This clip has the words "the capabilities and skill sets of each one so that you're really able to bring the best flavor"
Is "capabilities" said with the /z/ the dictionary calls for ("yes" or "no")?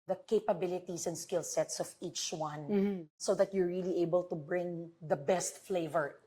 no